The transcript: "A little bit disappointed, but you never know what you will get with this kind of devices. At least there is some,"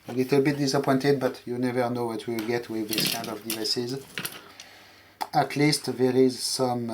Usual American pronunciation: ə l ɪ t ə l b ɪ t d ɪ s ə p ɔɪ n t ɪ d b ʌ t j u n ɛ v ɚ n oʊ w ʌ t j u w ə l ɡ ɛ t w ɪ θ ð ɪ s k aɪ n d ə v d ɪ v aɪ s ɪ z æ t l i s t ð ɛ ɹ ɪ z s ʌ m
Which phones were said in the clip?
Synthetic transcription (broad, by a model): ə l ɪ t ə l b ɪ t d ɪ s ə p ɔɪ n t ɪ d b ʌ t j u n ɛ v ɚ n oʊ w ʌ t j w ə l ɡ ɛ t w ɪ ð ɪ s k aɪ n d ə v d ɪ v aɪ s ɪ z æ t l i s t ð ɛ ɹ ɪ z s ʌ m